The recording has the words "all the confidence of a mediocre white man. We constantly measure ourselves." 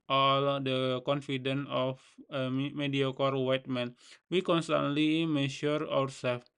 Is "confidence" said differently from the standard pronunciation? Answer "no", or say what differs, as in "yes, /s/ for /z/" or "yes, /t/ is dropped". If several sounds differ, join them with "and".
yes, /s/ is dropped